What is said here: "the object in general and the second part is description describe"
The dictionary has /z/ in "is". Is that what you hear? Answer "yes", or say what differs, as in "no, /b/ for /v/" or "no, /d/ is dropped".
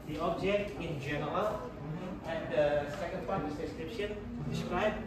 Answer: no, /s/ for /z/